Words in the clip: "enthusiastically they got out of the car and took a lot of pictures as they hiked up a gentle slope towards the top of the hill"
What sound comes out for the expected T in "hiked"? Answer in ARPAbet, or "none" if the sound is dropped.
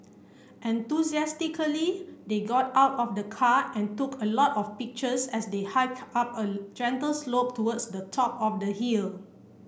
none